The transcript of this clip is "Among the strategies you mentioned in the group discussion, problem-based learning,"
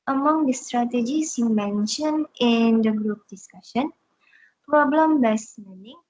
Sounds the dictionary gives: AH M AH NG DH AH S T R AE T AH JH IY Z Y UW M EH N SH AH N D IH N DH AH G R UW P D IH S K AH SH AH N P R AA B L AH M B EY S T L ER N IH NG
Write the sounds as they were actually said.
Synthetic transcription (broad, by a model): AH M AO NG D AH S T R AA T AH JH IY S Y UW M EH N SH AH N IH N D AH G R UW P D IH S K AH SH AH N P R AA B L AH M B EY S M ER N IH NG